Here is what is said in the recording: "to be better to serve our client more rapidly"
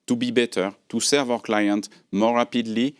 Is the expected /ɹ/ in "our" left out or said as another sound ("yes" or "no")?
yes